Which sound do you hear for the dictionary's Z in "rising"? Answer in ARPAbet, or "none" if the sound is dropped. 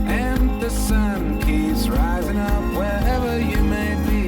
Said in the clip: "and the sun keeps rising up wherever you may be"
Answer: Z